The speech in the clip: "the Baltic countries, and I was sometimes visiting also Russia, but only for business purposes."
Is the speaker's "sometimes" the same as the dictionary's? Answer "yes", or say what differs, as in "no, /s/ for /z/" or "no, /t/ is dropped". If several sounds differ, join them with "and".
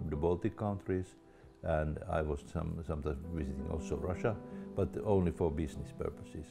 no, /s/ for /z/